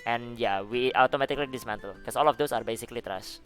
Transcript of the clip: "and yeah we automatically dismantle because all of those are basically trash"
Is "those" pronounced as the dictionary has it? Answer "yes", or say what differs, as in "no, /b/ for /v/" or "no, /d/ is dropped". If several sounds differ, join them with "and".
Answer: no, /s/ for /z/